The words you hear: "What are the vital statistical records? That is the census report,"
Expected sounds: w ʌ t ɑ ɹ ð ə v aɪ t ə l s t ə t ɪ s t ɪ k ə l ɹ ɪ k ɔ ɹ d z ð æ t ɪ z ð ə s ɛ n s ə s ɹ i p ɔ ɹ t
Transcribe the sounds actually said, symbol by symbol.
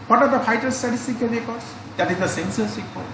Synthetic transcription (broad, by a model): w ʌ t ɑ ɹ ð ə f aɪ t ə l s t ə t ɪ s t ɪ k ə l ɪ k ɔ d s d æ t ɪ z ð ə s ɛ n s ə s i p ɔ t